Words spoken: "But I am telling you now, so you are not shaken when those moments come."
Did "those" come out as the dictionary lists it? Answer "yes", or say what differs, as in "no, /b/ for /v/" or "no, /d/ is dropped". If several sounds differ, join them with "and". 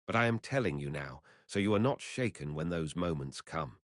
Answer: yes